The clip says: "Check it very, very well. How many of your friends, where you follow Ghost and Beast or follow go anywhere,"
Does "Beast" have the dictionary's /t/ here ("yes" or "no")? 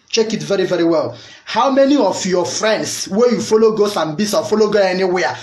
no